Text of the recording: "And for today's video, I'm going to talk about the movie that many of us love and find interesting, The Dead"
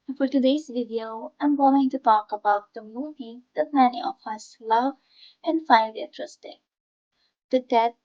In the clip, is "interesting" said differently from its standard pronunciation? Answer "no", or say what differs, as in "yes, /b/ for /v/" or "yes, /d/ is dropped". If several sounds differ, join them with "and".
yes, /n/ is dropped